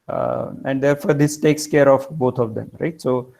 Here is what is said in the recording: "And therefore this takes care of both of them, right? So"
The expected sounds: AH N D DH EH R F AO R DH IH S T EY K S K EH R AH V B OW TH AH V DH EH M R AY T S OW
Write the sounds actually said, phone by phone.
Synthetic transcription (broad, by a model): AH N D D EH R F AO R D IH S T EY K S K EH R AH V B OW T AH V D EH M R AY T S OW